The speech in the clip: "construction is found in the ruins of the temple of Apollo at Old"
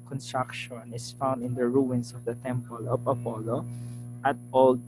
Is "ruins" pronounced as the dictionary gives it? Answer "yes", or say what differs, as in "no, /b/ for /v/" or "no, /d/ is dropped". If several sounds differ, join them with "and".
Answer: no, /s/ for /z/